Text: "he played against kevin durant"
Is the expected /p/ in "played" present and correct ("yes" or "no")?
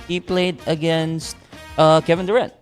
yes